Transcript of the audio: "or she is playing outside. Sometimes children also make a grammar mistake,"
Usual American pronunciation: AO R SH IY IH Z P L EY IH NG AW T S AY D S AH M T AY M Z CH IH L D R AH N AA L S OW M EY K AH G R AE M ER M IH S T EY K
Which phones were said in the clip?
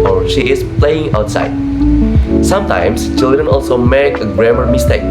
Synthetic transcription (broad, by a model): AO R SH IY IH S P L EY IH NG AW T S AY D S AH M T AY M S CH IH L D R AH N AA L S OW M EY K AH G R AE M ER M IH S T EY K